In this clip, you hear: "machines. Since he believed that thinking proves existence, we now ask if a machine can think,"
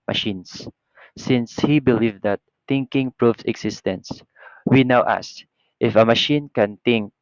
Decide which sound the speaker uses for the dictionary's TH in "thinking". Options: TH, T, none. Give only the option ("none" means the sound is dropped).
T